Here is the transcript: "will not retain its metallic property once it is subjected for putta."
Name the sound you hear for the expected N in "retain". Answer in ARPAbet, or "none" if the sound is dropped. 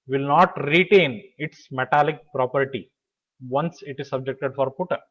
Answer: N